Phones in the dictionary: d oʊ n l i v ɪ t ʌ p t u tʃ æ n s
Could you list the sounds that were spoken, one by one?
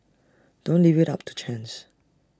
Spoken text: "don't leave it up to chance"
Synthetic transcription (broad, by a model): d oʊ n l i v ɪ t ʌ p t u tʃ æ n s